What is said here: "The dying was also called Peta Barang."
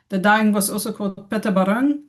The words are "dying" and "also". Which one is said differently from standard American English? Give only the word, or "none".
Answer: also